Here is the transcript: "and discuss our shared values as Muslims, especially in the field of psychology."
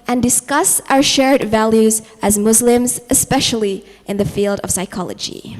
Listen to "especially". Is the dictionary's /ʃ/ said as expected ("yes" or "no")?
yes